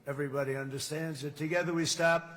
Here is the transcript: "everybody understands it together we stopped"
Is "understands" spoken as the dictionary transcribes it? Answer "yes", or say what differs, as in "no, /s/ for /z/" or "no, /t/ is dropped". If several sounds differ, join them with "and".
yes